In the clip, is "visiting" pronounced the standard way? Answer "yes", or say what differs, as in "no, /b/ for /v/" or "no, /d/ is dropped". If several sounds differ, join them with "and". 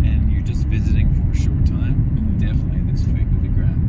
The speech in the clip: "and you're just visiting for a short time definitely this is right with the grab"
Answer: yes